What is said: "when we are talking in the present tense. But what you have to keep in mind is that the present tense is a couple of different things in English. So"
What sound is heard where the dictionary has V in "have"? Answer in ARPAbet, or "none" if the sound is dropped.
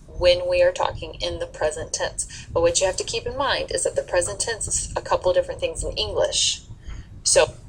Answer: F